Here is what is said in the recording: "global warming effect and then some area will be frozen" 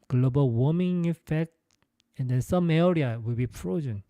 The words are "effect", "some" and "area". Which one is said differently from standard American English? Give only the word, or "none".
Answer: none